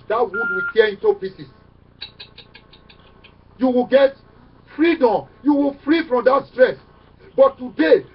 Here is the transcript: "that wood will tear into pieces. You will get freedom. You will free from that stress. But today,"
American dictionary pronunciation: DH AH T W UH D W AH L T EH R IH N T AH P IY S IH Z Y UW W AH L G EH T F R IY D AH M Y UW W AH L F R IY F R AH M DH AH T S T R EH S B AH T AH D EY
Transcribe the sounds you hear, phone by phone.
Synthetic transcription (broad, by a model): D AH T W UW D W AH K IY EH IH N T AH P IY S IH S Y UW W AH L G EH T F R IY D AH M Y UW W AH L F R IY F R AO M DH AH T S T R EH S B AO T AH D EY